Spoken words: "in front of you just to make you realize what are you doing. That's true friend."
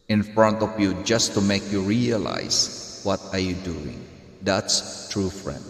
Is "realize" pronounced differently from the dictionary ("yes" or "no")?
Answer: yes